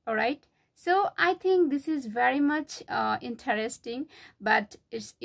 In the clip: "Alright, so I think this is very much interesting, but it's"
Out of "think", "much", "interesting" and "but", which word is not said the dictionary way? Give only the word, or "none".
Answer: think